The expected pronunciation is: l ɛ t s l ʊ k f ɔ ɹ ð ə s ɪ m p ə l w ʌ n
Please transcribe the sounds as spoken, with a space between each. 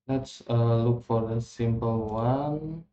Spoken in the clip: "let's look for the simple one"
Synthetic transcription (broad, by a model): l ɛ t s l ʊ k f ɔ ɹ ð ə s ɪ m p ə l w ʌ n